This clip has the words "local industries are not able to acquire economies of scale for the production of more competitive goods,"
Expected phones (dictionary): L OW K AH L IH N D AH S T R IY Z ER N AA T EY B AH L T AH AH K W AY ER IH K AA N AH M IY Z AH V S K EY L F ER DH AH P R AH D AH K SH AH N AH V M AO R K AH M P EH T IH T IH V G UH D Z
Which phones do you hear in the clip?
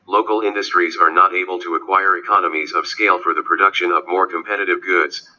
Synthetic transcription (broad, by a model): L OW K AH L IH N D AH S T R IY Z ER N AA T EY B AH L T AH AH K W AY ER IH K AA N AH M IY Z AH V S K EY L F ER DH AH P R AH D AH K SH AH N AH V M AO R K AH M P EH T IH T IH V G UH D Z